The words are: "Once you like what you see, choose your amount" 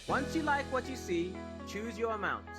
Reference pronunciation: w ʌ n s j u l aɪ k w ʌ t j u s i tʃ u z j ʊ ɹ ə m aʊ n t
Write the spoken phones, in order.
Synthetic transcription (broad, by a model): w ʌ n s j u l aɪ k w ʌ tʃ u s i tʃ u z j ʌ ɹ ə m aʊ n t